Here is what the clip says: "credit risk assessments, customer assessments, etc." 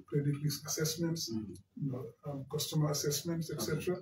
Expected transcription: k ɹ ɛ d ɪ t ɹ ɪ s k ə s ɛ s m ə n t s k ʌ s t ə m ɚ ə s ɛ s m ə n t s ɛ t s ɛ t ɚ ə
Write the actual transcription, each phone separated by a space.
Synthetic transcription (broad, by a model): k ɹ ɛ d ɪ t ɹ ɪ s ə s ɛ s m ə n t s k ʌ s t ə m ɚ ə s ɛ s m ə n t s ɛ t s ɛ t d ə